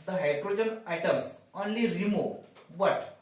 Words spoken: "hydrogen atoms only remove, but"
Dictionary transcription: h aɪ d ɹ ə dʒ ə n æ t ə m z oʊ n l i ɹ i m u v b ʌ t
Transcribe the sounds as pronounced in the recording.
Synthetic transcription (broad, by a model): h aɪ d ɹ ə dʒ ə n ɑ t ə m s oʊ n l i ɹ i m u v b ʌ t